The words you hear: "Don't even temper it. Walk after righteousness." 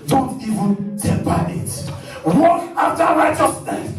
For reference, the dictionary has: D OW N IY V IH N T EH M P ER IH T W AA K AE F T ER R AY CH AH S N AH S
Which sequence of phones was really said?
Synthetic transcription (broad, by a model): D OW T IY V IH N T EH P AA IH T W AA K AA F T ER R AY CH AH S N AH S